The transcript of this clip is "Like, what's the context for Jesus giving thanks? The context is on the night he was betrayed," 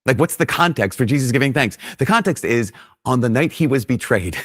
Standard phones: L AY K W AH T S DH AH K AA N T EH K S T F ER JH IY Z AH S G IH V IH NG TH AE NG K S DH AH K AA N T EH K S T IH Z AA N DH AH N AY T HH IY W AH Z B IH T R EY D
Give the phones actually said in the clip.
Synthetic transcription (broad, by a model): L AY K W AH T S DH AH K AA N T EH K S T F ER JH IY Z AH S G IH V IH NG TH AE NG K S DH AH K AA N T EH K S T IH Z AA N DH AH N AY T HH IY W AH Z B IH T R EY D